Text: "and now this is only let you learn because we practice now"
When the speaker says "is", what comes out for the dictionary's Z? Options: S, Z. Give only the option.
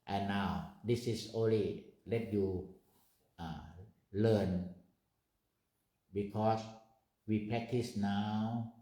S